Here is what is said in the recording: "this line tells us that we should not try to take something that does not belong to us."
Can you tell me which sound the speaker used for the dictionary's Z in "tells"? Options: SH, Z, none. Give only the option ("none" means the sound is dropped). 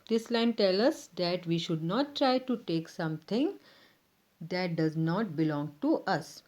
none